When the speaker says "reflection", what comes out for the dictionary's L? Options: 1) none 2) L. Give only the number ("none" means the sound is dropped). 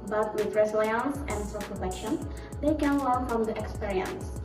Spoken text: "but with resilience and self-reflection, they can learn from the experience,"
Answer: 1